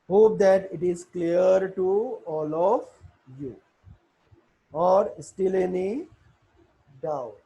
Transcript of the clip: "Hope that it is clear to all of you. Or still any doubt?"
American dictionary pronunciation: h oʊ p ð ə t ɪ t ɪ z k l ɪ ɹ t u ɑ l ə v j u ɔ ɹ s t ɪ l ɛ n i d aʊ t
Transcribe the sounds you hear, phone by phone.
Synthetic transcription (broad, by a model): h oʊ p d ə t ɪ t ɪ z k l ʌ ɹ t u ɑ l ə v j u ɔ ɹ s t ɪ l ɛ n i d aʊ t